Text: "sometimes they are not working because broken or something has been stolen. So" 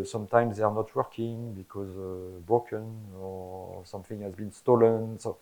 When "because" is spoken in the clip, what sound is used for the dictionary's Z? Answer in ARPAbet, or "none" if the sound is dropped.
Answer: Z